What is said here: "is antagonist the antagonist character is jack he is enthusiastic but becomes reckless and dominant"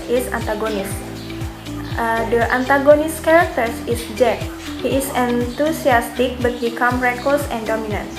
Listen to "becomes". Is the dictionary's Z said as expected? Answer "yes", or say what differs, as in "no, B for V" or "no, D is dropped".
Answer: no, Z is dropped